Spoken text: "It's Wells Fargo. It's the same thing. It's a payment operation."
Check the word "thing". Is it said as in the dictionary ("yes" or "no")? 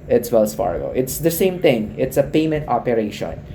no